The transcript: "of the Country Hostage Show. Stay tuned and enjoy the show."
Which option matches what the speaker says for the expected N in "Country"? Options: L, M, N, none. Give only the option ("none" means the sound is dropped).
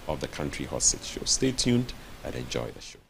N